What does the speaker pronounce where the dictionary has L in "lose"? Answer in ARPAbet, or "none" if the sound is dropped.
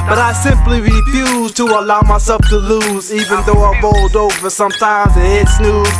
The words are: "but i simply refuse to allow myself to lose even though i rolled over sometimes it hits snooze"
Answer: L